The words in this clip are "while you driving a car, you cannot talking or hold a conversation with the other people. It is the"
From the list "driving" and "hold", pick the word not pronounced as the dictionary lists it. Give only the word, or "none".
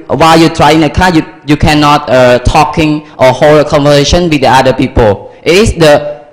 driving